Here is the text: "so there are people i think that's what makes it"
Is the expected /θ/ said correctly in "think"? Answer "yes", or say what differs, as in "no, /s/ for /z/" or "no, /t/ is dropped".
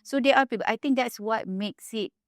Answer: no, /t/ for /θ/